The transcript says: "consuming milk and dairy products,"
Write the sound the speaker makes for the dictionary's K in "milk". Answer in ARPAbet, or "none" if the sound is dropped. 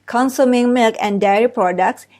K